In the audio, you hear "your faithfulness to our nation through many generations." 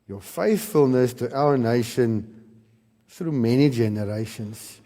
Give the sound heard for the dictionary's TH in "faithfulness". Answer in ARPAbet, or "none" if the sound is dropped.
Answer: TH